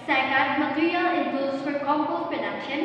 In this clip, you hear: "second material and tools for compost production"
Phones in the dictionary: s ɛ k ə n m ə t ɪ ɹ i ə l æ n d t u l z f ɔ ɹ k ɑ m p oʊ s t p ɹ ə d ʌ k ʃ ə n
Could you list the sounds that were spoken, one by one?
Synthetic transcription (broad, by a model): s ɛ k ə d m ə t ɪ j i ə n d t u z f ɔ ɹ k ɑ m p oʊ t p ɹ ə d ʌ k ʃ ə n